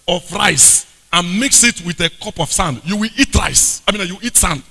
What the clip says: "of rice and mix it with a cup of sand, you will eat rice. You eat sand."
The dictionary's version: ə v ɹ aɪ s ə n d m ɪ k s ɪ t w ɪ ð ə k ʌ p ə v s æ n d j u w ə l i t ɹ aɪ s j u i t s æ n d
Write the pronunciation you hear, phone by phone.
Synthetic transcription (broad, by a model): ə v ɹ aɪ s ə n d m ɪ k s ɪ t w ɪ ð ə k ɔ p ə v s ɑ n d j u w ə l i t ɹ aɪ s j u i t s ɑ n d